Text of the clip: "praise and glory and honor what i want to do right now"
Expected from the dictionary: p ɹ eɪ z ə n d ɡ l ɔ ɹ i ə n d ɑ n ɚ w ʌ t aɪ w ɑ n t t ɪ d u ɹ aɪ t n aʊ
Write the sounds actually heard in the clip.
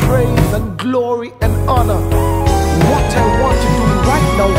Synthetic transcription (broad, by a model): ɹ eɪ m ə n ɡ l ɔ ɹ i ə n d ɑ n ɚ w ʌ t aɪ w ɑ n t t ɪ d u ɹ aɪ t n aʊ